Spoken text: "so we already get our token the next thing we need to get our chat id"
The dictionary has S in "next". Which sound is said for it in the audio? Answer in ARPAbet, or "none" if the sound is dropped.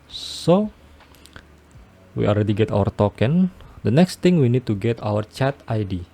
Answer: S